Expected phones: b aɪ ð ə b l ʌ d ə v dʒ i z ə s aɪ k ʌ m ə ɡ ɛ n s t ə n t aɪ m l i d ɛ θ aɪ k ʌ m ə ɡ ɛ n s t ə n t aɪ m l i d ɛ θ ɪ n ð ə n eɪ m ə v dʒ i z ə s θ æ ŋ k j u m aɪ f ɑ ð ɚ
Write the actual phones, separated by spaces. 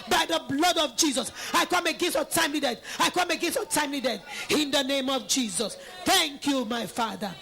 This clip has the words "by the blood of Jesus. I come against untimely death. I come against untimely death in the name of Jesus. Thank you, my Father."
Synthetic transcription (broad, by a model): b aɪ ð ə b l ʌ d ə v dʒ i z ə s aɪ k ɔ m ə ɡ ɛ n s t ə t aɪ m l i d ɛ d aɪ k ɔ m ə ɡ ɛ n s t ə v t aɪ m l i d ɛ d ɪ n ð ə n eɪ m ə v dʒ i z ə s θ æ ŋ k j u m aɪ f ɑ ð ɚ